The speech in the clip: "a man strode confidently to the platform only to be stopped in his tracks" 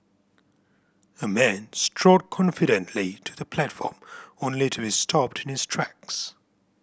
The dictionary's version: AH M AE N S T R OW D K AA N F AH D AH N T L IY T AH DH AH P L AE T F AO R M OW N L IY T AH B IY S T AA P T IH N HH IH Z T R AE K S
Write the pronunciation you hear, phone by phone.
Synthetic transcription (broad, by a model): AH M AE N S T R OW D K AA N F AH D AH N T L IY T AH DH AH P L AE T F AO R M OW N L IY T AH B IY S T AA P T IH N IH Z T R AE K S